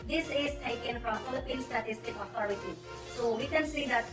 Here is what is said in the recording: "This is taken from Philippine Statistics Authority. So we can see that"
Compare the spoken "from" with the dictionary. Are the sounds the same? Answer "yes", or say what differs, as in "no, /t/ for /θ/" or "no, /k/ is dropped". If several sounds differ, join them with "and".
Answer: no, /p/ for /f/